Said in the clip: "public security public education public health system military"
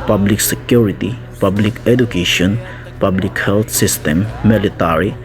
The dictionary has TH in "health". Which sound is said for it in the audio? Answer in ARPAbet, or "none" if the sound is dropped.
T